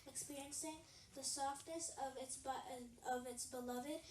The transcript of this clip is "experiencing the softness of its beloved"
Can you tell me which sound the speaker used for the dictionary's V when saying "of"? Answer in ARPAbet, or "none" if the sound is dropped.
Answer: V